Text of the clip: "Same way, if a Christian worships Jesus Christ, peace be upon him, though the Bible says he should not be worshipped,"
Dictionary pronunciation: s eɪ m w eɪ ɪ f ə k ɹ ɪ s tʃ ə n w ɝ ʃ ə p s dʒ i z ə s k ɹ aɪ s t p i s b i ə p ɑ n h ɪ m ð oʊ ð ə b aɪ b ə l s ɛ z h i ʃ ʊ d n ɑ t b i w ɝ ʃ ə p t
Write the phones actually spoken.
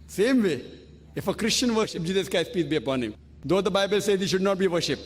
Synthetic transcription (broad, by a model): s eɪ m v eɪ ɪ f ə k ɹ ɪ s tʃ ə n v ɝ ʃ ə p dʒ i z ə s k aɪ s p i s b i ə p ɑ n h ɪ m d oʊ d ə b aɪ b ə l s ɛ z h i ʃ ʊ d n ɑ t b i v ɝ ʃ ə p t